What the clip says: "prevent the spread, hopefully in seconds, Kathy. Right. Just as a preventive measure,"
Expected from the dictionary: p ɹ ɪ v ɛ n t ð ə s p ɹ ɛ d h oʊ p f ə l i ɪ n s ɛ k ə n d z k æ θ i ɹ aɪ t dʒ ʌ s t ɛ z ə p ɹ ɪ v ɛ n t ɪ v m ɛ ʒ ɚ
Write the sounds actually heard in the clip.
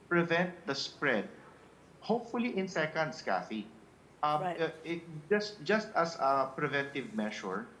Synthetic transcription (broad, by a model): p ɹ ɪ v ɛ n t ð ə s p ɹ ɛ d h oʊ p f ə l i ɪ n s ɛ k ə n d s k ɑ f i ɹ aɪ t dʒ ʌ s t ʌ s ə p ɹ ɪ v ɛ n t ɪ v m ɛ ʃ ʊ